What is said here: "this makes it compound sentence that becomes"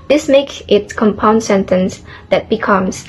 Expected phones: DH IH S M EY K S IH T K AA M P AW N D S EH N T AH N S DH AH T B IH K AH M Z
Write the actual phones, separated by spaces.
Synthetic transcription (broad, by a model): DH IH S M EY K IH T K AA M P AW N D S EH N T AH N S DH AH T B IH K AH M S